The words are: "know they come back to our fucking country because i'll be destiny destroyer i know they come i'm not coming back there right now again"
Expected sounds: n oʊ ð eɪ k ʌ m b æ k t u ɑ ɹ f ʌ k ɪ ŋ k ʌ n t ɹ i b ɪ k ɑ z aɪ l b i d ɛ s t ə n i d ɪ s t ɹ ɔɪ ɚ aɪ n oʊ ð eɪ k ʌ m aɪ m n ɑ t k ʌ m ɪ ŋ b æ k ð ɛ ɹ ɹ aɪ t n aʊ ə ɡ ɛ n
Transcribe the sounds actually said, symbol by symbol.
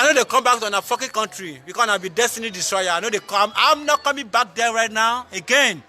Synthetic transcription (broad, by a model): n oʊ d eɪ k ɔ m b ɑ k t u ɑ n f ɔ k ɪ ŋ k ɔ n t ɹ i b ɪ k ɑ s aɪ n b i d ɛ s t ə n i d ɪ s t ɹ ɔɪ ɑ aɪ n oʊ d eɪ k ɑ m aɪ m n ɑ t k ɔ m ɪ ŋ b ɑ k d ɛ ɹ ɹ aɪ t n aʊ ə ɡ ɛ n